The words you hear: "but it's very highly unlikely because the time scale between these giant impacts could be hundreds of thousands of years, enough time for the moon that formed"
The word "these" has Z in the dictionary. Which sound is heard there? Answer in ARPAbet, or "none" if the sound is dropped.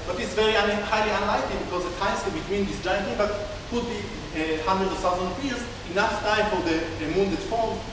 S